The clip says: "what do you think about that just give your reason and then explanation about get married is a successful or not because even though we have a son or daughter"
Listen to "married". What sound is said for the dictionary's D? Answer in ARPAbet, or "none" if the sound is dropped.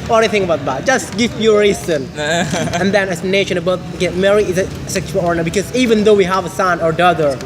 none